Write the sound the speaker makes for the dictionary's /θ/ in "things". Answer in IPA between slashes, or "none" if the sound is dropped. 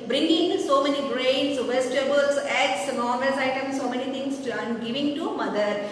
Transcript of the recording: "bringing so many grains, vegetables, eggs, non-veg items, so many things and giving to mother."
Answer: /t/